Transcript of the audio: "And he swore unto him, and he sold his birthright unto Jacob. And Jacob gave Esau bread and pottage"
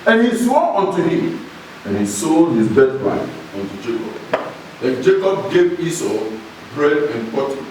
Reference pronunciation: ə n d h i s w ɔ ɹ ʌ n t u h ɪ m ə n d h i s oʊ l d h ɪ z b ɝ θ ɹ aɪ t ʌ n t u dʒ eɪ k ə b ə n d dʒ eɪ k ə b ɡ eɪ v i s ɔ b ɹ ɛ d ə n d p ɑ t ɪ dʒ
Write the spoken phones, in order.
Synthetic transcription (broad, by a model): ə n h i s w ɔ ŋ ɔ n t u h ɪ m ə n h i s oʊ d h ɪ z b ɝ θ l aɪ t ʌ n t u dʒ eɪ k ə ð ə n dʒ eɪ k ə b ɡ eɪ v i s ɔ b ɹ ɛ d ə n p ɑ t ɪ